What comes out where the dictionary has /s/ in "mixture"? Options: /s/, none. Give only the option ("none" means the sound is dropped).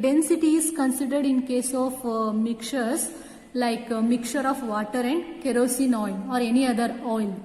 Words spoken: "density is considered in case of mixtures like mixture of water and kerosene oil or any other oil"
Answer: none